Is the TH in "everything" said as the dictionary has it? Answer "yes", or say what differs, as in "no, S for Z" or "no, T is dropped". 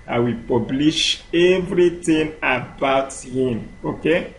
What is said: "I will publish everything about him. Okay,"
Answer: no, T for TH